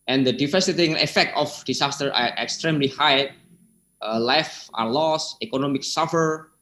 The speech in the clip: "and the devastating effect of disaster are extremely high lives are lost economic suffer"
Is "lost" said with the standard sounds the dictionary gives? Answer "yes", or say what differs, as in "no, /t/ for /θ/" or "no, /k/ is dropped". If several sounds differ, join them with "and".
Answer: no, /t/ is dropped